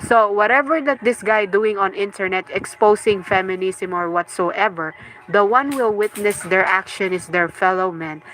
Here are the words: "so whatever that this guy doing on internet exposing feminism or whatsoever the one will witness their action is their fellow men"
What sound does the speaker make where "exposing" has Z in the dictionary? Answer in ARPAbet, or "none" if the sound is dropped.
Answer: S